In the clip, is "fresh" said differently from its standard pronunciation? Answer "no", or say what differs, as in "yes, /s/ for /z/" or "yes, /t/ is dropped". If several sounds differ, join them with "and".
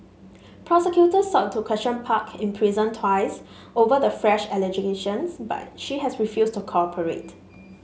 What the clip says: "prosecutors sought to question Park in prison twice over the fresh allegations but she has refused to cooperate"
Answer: no